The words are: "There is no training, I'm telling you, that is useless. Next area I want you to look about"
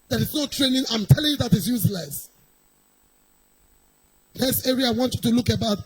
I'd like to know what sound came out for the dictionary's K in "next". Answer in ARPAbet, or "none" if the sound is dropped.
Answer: none